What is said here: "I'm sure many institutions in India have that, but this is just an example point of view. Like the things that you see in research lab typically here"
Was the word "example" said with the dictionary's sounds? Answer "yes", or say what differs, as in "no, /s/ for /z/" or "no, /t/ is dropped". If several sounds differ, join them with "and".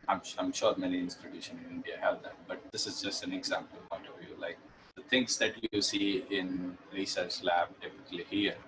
yes